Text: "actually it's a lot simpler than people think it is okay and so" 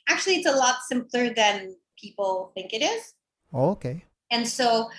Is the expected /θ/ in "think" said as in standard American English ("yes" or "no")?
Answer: yes